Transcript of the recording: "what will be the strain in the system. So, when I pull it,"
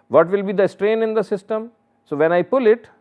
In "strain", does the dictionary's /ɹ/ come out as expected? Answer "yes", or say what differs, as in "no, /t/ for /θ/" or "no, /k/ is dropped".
yes